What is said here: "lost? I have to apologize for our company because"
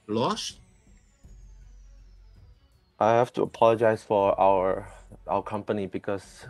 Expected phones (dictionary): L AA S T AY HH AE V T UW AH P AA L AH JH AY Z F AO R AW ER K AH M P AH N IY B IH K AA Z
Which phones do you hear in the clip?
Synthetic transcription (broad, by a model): L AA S T AY HH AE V T UW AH P AA L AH JH AY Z F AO W AW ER K AH M P AH N IY B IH K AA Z